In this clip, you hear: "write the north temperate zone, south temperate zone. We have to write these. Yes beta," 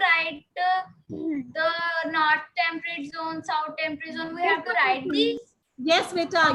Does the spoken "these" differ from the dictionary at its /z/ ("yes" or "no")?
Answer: yes